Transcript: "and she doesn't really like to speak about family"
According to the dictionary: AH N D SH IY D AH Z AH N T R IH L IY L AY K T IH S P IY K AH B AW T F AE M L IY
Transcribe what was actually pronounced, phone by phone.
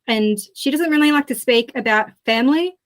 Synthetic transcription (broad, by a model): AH N SH IY D AH Z AH N T R IH L IY L AY K T IH S P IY K AH B AW T F AE M L IY